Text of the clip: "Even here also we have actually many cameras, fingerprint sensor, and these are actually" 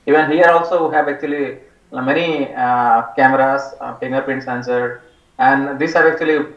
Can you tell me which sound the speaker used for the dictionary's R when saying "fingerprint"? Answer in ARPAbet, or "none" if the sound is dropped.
none